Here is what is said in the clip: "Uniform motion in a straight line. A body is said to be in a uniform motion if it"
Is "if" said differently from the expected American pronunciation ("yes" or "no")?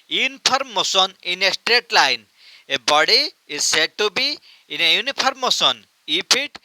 yes